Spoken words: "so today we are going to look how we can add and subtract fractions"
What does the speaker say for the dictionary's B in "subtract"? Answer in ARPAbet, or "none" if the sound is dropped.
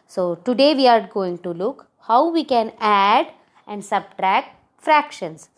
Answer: B